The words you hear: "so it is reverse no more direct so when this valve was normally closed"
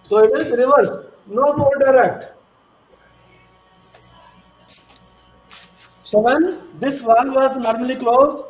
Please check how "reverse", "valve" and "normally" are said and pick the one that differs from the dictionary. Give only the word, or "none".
valve